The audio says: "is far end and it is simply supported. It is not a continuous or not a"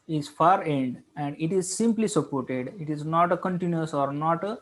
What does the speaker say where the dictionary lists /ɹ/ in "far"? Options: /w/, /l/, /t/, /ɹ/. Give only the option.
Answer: /ɹ/